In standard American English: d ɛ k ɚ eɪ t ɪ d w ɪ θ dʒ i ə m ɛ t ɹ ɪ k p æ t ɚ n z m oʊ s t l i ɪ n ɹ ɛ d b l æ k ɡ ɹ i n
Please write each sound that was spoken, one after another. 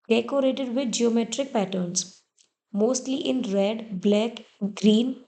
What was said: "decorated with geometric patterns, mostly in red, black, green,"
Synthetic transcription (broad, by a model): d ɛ k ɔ eɪ t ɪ d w ɪ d dʒ i ə m ɛ t ɹ ɪ k p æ t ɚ n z m oʊ s t l i ɪ n ɹ ɛ d b l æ k ɡ ɹ i n